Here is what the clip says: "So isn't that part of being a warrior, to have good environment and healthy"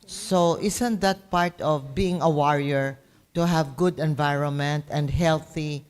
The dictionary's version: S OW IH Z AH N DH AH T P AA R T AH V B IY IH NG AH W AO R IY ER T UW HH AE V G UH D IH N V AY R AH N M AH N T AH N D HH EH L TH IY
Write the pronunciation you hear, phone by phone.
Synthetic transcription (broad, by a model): S OW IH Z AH N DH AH T P AA R T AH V B IY IH NG AH W AO R IY ER T UW HH AE V G UH D IH N V AY R AH N M AH N T AH N D HH EH L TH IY